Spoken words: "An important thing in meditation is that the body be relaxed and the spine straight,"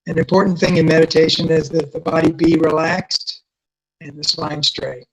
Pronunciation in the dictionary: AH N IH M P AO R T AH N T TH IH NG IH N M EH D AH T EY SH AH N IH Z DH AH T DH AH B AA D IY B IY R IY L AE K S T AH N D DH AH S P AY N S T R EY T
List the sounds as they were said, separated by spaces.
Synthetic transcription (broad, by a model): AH N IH M P AO R T N TH IH NG IH N M EH D AH T EY SH AH N IH Z DH AH T DH AH B AA D IY B IY R IY L AE K S T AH N DH AH S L AY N S T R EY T